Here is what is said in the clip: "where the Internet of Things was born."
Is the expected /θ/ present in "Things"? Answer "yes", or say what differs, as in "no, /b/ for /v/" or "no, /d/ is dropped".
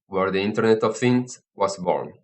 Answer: no, /f/ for /θ/